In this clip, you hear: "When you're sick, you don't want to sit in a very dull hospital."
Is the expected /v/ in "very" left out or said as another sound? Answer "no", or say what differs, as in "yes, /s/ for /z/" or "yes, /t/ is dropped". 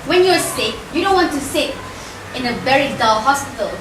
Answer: yes, /b/ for /v/